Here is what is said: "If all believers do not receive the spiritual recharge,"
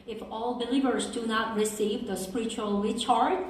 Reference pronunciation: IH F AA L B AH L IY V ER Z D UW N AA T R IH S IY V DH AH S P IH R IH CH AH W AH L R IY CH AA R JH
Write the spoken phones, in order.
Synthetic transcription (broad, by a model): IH F AA L B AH L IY V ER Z D UW N AA T R IH S IY V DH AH S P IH R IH CH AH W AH L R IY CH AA R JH